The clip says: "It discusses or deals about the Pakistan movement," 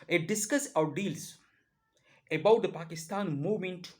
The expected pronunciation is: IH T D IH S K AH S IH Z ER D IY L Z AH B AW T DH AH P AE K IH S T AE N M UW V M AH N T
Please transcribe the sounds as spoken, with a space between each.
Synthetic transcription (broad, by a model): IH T D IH S K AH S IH UH D IY L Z AH B AW T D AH P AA K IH S T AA N M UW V M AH N T